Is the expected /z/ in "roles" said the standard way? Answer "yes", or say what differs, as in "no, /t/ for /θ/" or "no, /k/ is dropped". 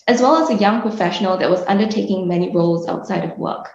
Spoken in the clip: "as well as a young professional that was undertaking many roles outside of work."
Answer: yes